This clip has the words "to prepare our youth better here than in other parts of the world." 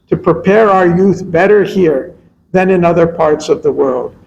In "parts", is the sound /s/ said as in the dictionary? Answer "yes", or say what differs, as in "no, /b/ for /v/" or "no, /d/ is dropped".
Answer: yes